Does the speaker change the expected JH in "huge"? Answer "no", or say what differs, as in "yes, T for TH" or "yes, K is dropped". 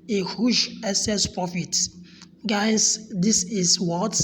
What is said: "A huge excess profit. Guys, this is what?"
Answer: yes, SH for JH